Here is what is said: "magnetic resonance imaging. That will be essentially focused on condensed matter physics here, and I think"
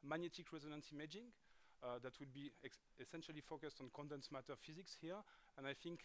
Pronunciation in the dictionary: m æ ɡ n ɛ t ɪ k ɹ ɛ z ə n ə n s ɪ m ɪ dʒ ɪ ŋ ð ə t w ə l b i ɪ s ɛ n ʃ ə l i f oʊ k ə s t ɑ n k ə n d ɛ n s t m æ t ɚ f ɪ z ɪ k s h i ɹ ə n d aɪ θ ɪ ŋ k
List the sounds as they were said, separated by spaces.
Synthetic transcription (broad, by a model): m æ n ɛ t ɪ k ɹ ɛ z ə n ə n s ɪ m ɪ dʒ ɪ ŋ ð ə t w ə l b i ɪ s ɛ n ʃ ə l i f oʊ k ə s t ɑ n k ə n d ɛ n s m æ t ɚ f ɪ z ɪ k s h i ɹ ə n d aɪ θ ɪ ŋ k